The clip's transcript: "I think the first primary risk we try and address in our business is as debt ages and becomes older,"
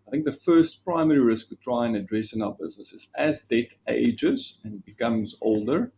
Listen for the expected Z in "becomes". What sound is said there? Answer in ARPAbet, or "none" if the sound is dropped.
Z